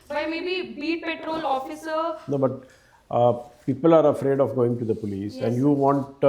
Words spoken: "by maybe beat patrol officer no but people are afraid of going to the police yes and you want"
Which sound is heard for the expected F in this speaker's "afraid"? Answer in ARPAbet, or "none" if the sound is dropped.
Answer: F